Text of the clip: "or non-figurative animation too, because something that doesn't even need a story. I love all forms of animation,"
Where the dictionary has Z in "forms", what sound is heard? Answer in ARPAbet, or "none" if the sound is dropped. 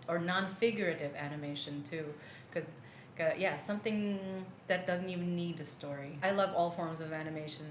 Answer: Z